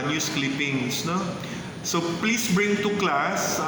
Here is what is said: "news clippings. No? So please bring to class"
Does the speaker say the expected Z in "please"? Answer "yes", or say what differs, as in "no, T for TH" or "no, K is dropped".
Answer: no, S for Z